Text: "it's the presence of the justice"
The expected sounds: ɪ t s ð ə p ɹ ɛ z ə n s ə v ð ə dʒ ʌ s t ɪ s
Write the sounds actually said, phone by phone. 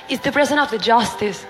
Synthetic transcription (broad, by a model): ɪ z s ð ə p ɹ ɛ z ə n ə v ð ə dʒ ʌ s t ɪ s